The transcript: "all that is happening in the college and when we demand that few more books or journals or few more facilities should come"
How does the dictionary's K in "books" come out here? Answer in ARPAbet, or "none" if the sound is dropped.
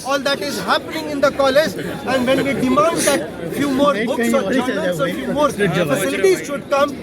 none